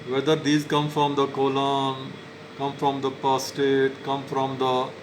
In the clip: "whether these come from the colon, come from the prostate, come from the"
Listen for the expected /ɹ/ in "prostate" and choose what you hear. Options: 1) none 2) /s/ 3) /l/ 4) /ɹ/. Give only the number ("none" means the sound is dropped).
1